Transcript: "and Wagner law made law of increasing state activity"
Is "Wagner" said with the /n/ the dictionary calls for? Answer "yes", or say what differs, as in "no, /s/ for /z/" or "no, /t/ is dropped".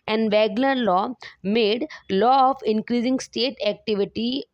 no, /l/ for /n/